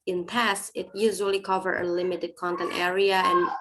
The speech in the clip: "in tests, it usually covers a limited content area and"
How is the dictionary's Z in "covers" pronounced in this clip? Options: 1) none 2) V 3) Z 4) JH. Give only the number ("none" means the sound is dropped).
1